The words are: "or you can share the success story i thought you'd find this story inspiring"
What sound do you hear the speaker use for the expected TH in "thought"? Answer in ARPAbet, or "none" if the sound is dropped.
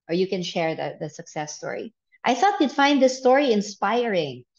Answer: TH